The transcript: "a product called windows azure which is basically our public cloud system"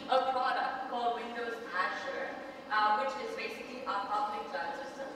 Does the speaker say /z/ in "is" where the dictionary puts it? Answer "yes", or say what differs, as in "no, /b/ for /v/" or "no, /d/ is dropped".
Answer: yes